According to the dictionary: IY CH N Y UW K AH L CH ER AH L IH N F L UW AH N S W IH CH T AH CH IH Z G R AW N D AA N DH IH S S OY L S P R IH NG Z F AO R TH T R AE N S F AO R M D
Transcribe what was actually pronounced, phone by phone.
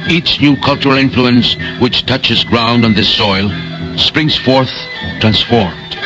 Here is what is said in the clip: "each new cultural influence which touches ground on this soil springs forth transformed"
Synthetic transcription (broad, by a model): IY CH N Y UW K AH L CH ER AH L IH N F L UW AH N S W IH CH T AH CH IH Z G R AW N D N DH IH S S OY L S P R IH NG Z F AO R TH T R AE N S F AO R M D